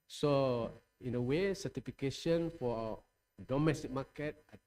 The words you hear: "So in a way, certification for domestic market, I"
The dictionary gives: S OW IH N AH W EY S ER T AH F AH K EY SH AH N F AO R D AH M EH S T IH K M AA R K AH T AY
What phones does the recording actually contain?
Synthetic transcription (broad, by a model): S OW IH N AH W EY S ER T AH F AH K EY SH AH N F AO W D AH M EH S T IH K M AA K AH T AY